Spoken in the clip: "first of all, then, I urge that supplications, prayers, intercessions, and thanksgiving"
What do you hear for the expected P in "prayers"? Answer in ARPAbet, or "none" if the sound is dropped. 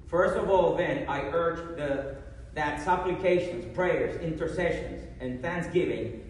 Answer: P